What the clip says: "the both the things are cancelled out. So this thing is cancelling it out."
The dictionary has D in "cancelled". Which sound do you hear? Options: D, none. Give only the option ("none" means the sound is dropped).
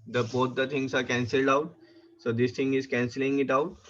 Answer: D